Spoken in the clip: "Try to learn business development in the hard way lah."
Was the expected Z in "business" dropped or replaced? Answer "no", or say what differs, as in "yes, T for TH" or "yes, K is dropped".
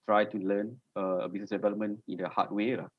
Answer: yes, S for Z